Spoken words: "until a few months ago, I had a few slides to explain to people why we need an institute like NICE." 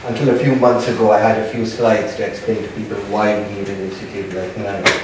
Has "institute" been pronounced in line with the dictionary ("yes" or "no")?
no